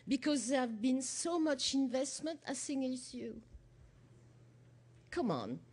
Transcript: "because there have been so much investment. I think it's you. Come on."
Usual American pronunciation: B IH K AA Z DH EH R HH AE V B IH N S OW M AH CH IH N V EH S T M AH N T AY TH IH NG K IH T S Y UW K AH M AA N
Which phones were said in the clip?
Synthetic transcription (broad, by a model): B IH K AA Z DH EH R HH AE V B IH N S OW M AH CH IH N V EH S T M AH N T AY S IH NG IH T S Y UW K AH M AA N